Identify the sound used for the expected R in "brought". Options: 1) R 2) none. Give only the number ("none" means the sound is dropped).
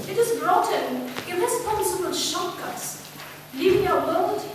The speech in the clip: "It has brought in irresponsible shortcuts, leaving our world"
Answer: 1